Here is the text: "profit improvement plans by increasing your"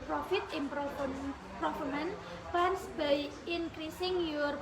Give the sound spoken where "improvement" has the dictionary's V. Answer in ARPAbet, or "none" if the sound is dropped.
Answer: F